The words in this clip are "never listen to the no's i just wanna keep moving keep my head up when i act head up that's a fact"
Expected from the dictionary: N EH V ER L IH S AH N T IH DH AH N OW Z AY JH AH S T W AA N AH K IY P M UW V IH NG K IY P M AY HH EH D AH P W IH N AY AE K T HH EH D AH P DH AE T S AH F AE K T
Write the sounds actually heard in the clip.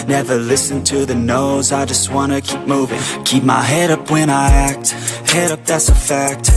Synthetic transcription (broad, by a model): N EH V ER L IH S AH N T IH DH AH N OW Z AY JH AH S T W AA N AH K IY P M UW V IH NG K IY P M AY HH EH D AH P W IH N AY AE K T HH EH D AH P DH AE T S AH F AE K T